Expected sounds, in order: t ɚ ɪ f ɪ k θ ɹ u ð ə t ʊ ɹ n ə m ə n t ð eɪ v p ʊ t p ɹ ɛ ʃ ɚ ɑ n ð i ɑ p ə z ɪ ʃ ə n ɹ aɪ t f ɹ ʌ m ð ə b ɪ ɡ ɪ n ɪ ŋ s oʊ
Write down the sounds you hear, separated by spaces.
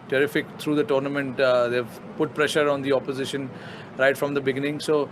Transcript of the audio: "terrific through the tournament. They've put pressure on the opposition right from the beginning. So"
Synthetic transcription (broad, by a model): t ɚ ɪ f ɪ k t ɹ u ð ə t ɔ ɹ n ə m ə n t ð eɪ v p ʊ t p ɹ ɛ ʃ ɚ ɑ n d i ɑ p ə z ɪ ʃ ə n ɹ aɪ t f ɹ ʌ m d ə b ɪ ɡ ɪ n ɪ ŋ s oʊ